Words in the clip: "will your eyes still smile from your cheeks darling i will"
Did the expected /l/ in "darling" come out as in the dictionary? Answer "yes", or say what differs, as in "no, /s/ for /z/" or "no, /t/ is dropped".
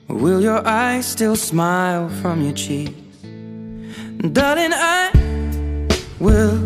no, /l/ is dropped